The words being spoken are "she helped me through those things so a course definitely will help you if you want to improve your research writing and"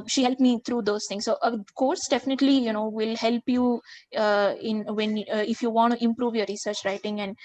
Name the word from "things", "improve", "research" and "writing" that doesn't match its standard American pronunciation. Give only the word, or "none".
things